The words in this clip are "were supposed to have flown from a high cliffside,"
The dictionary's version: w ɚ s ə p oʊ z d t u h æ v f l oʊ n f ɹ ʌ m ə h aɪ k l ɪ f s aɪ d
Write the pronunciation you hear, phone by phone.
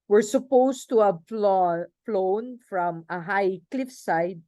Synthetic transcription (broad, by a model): w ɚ s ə p oʊ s t u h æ f f l oʊ n f ɹ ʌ m ə h aɪ k l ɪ f s aɪ d